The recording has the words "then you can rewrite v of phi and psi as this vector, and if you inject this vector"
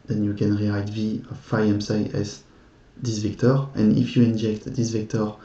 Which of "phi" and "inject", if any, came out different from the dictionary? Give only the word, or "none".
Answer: none